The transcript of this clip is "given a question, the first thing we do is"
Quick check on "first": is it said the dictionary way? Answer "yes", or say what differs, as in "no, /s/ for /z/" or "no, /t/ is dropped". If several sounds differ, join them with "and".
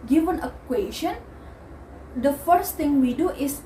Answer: yes